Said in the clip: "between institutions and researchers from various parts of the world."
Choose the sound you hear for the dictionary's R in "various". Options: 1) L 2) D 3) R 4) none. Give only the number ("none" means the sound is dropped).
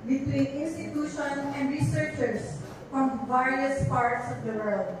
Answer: 4